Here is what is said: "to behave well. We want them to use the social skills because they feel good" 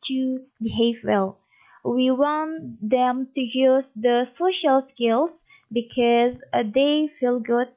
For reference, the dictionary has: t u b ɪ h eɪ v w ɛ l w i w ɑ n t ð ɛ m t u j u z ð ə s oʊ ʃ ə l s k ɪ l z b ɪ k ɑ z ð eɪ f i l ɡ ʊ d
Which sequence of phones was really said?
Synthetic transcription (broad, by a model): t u b ɪ h eɪ v w ɛ l w i w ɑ n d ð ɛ m t u j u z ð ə s oʊ ʃ ə l s k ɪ l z b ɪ k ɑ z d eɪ f i l ɡ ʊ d